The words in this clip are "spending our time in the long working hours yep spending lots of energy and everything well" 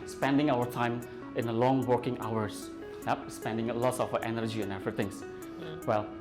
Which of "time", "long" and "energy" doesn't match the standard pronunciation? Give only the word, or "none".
none